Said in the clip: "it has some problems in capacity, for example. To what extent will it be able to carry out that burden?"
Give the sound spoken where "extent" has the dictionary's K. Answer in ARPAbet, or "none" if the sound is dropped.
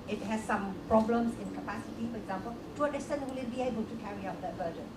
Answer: none